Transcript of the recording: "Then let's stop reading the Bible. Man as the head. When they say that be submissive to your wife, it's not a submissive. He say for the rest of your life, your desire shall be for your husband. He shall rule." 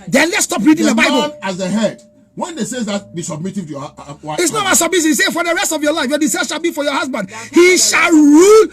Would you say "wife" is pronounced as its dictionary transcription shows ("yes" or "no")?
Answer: no